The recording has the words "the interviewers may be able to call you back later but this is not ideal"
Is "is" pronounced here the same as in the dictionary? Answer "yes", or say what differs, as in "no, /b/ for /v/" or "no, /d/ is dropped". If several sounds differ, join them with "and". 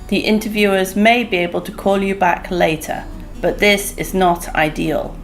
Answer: yes